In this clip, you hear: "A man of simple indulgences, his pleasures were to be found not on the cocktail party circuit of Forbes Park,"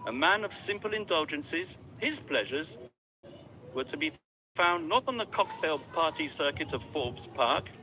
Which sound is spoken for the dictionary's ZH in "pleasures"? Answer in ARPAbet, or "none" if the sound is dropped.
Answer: ZH